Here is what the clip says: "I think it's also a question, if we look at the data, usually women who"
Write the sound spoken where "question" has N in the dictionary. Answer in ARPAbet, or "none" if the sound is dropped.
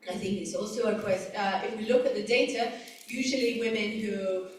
none